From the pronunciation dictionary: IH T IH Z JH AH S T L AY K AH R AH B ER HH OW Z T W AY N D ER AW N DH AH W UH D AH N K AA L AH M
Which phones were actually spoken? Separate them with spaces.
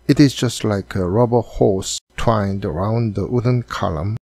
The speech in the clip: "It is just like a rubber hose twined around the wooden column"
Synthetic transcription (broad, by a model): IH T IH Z JH AH S T L AY K AH R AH B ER HH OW S T W AY N D ER AW N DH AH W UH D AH N K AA L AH M